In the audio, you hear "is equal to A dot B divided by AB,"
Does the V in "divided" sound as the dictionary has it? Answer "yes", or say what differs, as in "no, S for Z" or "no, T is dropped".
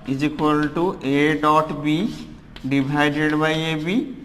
no, B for V